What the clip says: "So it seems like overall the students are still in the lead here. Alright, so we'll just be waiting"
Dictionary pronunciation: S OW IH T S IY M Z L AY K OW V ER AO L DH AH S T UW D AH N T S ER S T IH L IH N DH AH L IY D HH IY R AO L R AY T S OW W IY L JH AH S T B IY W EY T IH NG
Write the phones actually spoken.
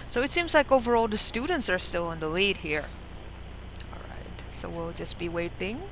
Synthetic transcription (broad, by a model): S OW IH T S IY M Z L AY K OW V ER AO L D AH S T UW D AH N T S ER S T IH L IH N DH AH L IY D HH IY R AO L R AY T S OW W IY L JH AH S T B IY W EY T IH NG